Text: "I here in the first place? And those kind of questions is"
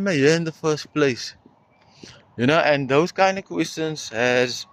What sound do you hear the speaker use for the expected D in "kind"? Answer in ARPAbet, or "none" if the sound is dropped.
D